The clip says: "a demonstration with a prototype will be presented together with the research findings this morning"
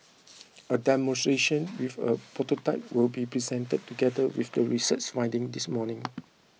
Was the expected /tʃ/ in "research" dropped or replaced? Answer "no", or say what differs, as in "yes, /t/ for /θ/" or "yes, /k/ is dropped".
yes, /s/ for /tʃ/